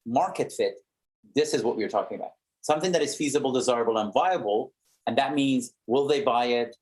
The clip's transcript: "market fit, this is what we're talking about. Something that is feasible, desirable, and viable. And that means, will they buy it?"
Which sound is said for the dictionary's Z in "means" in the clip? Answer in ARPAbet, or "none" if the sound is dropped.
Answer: Z